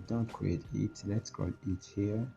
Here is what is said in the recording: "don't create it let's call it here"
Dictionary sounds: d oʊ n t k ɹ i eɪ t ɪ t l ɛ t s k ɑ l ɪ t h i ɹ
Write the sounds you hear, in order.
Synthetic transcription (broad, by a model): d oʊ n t k ɹ i eɪ t ɪ t l ɛ t s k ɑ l ɪ t h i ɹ